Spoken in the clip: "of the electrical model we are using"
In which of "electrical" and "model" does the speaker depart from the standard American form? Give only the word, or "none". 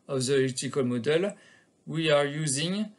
electrical